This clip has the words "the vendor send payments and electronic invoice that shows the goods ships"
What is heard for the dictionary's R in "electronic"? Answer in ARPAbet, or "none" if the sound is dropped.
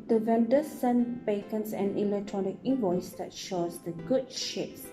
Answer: R